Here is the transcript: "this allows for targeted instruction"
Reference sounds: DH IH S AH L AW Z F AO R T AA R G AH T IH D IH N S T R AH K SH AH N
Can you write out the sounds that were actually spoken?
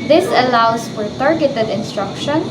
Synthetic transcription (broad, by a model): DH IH S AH L AW S F AO R T AA R G AH T IH D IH N S T R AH K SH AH N